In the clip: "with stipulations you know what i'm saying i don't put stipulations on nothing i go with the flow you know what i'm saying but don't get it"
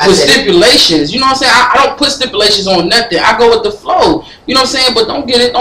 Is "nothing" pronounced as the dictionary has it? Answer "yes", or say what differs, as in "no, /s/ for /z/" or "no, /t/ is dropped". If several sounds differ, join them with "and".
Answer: yes